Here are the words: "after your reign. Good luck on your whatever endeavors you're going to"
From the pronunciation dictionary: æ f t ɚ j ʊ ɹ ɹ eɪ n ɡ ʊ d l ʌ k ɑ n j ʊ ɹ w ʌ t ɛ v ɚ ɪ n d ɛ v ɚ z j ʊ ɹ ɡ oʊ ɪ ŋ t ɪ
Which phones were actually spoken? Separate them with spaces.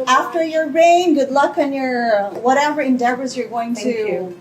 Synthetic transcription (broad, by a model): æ f t ɚ j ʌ ɹ ɹ eɪ n ɡ ʊ d l ʌ k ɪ n j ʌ ɹ w ʌ t ɛ v ɚ ɪ n d ɛ v ɚ z j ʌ ɹ ɡ oʊ ɪ ŋ t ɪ